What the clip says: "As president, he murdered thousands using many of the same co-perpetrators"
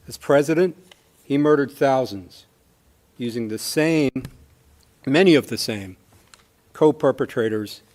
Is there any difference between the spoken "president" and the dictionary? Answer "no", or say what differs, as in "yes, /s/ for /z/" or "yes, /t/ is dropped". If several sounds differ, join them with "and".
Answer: no